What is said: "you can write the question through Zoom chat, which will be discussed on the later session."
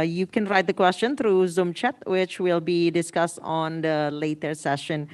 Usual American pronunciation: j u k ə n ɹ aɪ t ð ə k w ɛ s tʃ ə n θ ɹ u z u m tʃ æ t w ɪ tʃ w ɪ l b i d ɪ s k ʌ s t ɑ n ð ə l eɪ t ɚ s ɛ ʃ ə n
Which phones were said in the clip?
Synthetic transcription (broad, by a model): j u k ə n ɹ aɪ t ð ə k w ɛ s tʃ ə n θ ɹ u z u m tʃ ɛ t w ɪ tʃ w ɪ l b i d ɪ s k ʌ s t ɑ n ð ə l eɪ t ɚ s ɛ ʃ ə n